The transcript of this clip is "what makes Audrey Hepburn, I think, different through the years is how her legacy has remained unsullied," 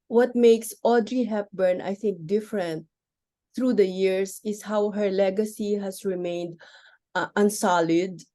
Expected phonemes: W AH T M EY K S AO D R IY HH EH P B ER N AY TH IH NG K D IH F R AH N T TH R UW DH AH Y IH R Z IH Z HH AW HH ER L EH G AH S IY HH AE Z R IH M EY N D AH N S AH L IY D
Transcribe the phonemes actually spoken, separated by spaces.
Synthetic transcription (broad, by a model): W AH T M EY K S AO D R IY HH EH P B ER N AY TH IH NG K D IH F R AH N T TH R UW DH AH Y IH R S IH S HH AW HH ER L EH G AH S IY HH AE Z R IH M EY N D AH N S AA L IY D